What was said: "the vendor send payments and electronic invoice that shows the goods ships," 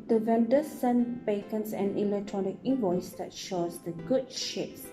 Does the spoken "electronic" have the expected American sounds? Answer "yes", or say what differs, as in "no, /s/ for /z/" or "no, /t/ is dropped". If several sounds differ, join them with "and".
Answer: yes